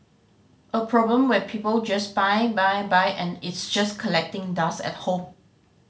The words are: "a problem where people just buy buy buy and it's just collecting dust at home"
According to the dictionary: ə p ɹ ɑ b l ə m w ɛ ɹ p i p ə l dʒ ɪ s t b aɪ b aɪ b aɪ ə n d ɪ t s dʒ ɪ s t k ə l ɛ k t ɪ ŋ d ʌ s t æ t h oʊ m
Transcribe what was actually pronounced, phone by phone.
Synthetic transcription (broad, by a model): ə p ɹ ɑ b l ə m w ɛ p i p ə l dʒ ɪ s b aɪ b aɪ b aɪ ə n ɪ t s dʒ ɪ s k ə l ɛ k t ɪ ŋ d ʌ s ɛ t h oʊ m